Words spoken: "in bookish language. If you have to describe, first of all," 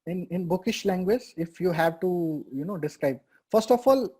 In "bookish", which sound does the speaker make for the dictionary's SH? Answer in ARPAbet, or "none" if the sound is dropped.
SH